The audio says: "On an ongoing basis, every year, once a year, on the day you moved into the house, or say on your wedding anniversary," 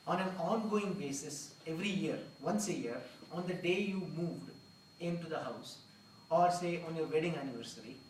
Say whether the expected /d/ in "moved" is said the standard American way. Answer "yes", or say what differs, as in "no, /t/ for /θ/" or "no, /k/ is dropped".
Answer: yes